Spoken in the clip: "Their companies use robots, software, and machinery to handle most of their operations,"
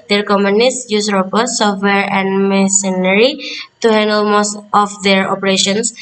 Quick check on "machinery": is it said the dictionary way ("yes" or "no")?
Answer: no